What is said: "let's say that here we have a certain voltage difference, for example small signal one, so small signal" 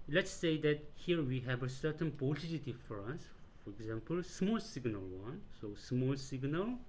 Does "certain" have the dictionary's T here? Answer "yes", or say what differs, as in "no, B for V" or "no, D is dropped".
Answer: yes